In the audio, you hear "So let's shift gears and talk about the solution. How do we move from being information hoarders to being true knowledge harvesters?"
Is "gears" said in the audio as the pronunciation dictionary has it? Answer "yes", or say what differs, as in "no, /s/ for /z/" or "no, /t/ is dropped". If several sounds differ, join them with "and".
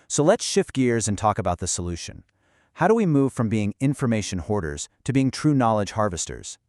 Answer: yes